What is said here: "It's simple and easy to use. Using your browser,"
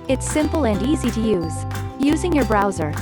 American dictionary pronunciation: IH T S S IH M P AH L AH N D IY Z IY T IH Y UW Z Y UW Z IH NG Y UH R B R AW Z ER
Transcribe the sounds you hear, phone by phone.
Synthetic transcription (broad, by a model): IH T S S IH M P L AH N D IY Z IY T IH Y UW Z Y UW Z IH NG Y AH R B R AW Z ER